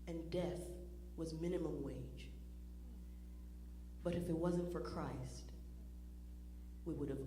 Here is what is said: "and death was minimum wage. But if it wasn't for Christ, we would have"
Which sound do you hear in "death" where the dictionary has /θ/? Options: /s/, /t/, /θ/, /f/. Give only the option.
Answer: /θ/